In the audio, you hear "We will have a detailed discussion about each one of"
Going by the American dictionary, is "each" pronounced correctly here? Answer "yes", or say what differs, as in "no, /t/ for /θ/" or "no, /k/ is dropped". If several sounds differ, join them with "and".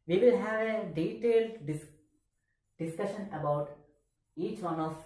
yes